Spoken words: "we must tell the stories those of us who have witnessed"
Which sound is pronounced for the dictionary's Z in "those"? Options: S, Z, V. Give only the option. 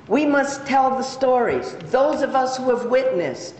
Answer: Z